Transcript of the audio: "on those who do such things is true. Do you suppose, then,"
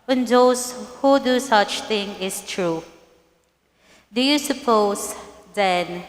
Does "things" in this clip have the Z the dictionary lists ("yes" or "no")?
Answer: no